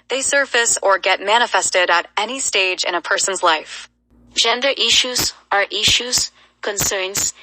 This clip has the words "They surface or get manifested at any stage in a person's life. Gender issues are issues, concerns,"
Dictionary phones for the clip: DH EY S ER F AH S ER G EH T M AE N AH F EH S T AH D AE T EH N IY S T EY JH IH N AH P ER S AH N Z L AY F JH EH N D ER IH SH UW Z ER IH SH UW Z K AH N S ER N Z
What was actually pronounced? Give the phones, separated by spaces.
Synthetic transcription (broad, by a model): DH EY S ER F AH S ER G EH T M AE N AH F EH S T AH D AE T EH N IY S T EY JH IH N AH P ER S AH N Z L AY F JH EH N D ER IH SH UW Z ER IH SH UW Z K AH N S ER N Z